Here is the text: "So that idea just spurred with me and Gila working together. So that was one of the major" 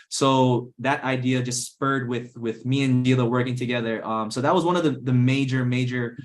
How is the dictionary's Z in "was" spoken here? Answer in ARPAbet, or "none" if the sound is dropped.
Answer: Z